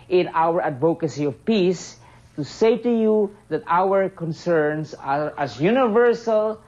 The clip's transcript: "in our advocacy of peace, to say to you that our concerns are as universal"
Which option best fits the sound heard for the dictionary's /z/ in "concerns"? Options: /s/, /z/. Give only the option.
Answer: /s/